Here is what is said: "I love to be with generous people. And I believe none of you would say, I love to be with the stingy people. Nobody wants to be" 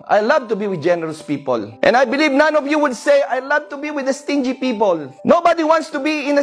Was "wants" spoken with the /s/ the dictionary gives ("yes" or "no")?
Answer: yes